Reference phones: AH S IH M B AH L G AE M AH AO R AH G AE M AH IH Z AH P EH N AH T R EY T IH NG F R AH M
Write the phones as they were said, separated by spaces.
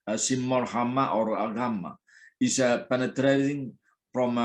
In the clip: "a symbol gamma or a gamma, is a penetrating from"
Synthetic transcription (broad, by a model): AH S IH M AH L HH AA M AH AO R AH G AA M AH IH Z AH P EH N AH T R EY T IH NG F R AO M